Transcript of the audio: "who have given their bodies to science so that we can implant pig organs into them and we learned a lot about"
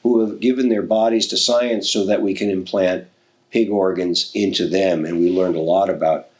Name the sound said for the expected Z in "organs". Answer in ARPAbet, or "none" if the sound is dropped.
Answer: Z